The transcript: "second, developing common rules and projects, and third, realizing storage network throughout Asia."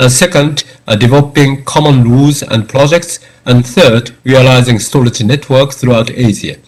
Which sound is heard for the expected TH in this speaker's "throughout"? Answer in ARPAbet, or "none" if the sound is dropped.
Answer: TH